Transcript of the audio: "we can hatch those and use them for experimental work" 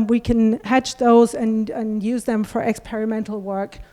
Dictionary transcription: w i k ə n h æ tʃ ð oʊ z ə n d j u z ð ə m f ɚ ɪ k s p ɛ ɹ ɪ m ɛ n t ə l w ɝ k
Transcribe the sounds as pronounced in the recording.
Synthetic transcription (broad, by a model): w i k ə n h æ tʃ ð oʊ z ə n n j u z ð ə m f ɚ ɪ k s p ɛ ɹ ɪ m ɛ n t l w ɝ k